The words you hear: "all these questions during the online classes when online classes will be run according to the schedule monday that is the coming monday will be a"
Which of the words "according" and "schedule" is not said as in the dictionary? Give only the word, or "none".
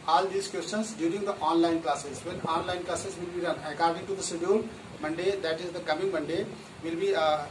schedule